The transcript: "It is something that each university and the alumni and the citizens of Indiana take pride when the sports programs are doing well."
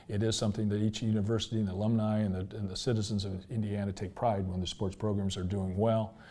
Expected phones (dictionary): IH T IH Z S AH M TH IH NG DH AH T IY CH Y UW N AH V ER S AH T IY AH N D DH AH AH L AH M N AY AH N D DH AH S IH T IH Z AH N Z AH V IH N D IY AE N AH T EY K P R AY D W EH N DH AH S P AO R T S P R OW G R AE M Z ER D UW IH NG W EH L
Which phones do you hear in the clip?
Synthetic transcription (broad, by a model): IH T IH Z S AH M TH IH NG DH AH T IY CH Y UW N AH V ER S AH T IY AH N DH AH AH L AH M N AY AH N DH DH AH S IH T IH Z AH N Z AH V IH N D IY AE N AH T EY K P R AY D W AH N DH AH S P AO R T S P R OW G R AE M Z ER D UW IH NG W EH L